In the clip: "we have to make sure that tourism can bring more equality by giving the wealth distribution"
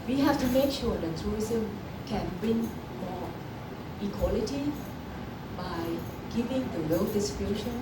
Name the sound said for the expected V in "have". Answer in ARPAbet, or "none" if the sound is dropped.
F